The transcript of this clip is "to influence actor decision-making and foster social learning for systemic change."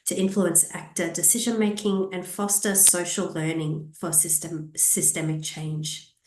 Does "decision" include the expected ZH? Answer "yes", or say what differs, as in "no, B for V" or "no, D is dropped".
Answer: yes